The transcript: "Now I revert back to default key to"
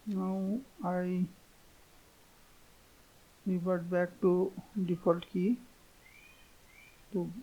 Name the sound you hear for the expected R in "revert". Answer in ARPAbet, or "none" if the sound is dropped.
W